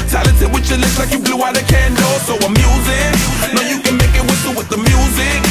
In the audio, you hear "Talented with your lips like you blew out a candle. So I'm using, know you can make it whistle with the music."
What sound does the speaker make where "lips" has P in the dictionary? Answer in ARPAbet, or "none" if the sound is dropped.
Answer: none